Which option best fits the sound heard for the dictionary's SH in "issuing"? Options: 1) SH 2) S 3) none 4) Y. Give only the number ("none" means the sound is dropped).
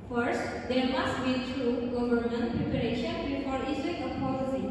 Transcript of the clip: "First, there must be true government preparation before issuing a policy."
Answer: 2